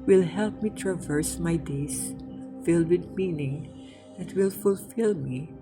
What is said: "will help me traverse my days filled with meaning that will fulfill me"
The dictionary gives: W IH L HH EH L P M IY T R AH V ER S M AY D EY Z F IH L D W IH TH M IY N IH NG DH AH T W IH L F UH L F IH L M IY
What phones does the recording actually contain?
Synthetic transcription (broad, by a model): W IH L HH EH L P M IY T R AH V ER S M AY D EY S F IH L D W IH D M IY N IH NG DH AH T W IH L F UH L F IH L M IY